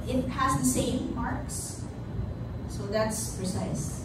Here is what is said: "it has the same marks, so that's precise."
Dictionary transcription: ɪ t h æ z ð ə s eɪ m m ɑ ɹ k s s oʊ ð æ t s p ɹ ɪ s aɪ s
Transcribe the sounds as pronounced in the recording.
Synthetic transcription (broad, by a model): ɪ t h æ z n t s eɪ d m ɑ ɹ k s s oʊ ð æ t s p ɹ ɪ s aɪ s